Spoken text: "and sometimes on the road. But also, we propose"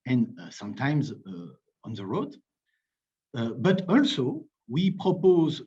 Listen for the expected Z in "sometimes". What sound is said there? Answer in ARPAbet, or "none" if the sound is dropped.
Z